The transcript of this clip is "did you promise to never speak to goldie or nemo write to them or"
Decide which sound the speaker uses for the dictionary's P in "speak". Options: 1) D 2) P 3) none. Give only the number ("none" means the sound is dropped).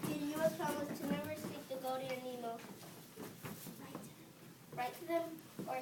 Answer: 3